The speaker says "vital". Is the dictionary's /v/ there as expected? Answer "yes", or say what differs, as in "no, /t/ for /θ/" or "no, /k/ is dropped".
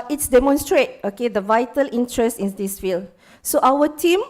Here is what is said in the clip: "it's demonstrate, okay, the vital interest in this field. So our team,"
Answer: yes